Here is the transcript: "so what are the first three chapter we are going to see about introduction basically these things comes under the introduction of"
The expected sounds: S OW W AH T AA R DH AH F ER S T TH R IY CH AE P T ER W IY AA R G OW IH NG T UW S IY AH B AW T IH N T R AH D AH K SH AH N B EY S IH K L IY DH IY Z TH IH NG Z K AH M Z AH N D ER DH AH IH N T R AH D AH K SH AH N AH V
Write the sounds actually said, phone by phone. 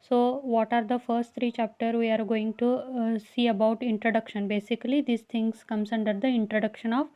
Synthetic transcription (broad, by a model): S OW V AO T AA R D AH F ER S T T R IY CH AE P T ER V IY AA R G OW IH NG T UW S IY AH B AW T IH N T R AH D AH K SH AH N B EY S IH K L IY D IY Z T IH NG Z K AH M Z AH N D ER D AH IH N T R AH D AH K SH AH N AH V